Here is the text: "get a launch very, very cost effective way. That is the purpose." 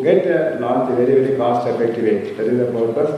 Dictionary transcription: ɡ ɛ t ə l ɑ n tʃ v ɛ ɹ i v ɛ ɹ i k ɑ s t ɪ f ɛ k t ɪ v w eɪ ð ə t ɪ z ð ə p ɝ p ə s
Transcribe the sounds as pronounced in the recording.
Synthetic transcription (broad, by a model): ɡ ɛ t ə n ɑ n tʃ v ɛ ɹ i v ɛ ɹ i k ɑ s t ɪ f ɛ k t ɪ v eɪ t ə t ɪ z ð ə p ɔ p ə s